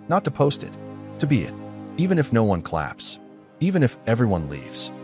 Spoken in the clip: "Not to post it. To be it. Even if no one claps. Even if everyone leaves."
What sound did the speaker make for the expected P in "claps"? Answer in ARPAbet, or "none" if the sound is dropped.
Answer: P